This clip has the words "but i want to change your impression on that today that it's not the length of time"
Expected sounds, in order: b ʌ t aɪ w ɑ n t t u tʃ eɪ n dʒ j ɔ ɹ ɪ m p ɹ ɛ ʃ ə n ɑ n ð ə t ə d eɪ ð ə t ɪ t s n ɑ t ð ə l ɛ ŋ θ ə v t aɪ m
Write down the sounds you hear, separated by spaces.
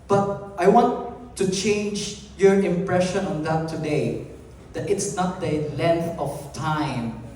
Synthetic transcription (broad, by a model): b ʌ t aɪ w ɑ n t t u tʃ eɪ n dʒ j ɔ ɹ ɪ m p ɹ ɛ ʃ ə n ɑ n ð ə t ə d eɪ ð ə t ɪ t s n ɑ t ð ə l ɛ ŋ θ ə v t aɪ m